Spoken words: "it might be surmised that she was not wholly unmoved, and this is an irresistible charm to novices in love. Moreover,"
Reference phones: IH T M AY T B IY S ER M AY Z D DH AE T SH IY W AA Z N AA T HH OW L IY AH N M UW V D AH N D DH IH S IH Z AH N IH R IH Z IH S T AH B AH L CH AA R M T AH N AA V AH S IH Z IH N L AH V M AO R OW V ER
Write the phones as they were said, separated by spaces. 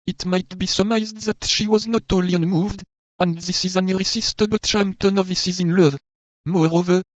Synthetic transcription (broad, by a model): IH T M AY T B IY S ER M AY Z D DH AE T SH IY W AA Z N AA T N L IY AH N M UW V D AH N D DH IH S IH Z AH N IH R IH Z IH S T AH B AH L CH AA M T AH N AA V AH S IH Z IH N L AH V M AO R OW V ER